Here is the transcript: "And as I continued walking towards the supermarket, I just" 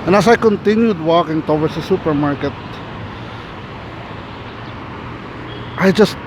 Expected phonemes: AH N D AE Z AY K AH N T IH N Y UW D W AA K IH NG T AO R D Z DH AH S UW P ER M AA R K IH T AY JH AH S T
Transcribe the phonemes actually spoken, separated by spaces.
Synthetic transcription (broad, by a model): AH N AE S AY K AH N T IH N Y UW D W AA K IH NG T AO W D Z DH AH S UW P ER M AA R K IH T AY JH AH S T